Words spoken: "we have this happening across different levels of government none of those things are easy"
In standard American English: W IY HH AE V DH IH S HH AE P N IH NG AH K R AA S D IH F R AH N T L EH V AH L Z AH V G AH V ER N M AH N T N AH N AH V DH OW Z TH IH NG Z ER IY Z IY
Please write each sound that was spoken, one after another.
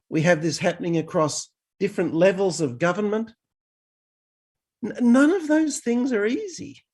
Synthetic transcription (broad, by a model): W IY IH V DH IH S HH AE P N IH NG AH K R AA S D IH F R AH N T L EH V L Z AH V G AH V ER N M AH N T N AH N AH V DH OW Z TH IH NG Z ER IY Z IY